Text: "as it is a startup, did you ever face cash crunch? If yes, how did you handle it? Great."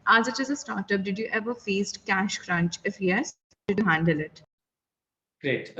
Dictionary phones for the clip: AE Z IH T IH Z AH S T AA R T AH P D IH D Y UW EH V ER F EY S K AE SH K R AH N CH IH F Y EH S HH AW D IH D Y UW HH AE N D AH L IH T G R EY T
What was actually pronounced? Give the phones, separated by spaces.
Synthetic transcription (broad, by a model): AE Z IH T IH Z AH S T AA R T AH P D IH D Y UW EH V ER F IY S K AE SH K R AH N CH IH F Y EH S D IH D Y UW HH AE N D AH L IH T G R EY T